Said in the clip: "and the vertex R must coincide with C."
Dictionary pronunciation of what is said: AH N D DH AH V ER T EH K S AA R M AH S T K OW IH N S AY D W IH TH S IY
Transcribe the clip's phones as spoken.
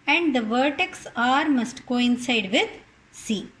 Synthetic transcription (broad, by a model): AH N D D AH V ER T EH K S AA R M AH S T K OW IH N S AY D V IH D S IY